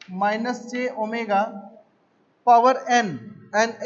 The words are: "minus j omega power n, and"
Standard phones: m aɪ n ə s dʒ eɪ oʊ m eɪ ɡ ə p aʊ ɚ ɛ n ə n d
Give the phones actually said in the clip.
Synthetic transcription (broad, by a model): m aɪ n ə s tʃ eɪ oʊ m eɪ ɡ ə p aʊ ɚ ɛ n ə n